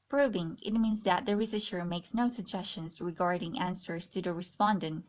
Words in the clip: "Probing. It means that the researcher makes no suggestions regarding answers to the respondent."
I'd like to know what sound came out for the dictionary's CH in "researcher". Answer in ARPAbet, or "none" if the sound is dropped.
SH